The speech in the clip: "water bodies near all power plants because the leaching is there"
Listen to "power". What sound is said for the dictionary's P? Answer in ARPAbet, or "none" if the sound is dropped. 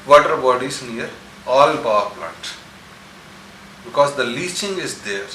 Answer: B